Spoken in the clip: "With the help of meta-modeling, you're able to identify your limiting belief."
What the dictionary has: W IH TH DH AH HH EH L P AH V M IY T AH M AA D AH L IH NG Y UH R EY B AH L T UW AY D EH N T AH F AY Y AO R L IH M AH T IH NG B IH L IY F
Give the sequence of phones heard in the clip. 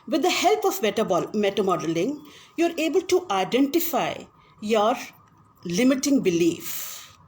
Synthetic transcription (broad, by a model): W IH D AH HH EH L P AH B M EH T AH M AA D AH L IH NG Y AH R EY B AH L T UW AY D EH N T AH F AY Y AO R L IH M AH T IH NG B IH L IY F